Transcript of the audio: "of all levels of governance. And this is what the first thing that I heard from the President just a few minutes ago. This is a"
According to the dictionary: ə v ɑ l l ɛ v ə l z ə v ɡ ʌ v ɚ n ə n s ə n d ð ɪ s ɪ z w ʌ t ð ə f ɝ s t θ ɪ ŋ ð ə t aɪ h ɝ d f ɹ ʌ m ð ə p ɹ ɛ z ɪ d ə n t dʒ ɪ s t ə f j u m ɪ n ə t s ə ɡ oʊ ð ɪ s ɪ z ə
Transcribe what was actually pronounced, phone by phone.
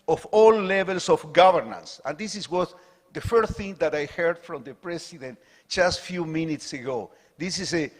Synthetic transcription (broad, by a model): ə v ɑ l l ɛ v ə l s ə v ɡ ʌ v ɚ n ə n s ə n d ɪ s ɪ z w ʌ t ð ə f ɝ s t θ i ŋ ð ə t aɪ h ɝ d f ɹ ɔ m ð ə p ɹ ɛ s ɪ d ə n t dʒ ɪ s t f j u m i n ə t s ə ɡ oʊ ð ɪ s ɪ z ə